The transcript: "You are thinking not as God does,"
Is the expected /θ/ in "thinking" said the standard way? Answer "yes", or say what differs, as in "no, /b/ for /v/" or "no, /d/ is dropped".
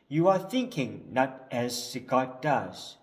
yes